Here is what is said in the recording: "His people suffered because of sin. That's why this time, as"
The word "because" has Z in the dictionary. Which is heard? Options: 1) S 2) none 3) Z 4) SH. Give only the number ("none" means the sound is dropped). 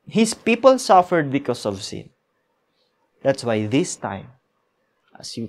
1